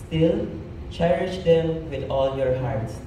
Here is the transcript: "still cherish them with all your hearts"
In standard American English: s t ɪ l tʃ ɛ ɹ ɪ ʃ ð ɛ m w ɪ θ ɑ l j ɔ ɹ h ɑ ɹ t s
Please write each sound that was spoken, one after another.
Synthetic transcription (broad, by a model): s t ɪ l tʃ ɛ ɹ ɪ ʃ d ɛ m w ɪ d ɑ l j ɔ ɹ h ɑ ɹ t s